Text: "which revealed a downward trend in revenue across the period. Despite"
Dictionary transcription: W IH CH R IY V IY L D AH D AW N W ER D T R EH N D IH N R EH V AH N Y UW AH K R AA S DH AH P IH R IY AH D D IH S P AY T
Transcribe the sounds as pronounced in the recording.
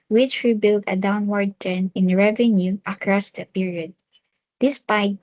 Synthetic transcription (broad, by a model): W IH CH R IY B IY L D AH D AW N W ER D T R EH N IH N R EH V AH N Y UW AH K R AA S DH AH P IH R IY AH D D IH S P AY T